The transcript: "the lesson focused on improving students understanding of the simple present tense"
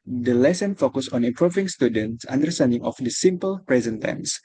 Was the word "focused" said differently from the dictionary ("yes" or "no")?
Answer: yes